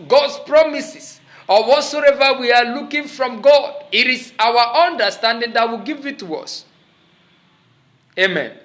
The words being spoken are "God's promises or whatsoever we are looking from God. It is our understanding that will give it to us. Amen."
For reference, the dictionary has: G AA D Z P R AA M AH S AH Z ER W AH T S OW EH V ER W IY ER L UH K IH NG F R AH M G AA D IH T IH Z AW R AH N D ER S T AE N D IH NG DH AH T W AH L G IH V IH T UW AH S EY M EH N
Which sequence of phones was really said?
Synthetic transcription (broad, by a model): G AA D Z P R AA M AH S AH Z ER W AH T S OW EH V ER W IY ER L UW K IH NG F R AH M G AA D IH T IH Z AW W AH N D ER S T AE N D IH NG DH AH T W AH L G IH V IH T UW AH S EY M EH N